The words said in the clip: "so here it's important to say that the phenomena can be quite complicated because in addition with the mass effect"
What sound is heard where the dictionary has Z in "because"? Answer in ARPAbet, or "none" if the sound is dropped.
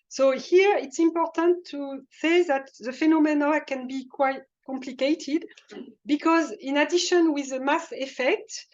Z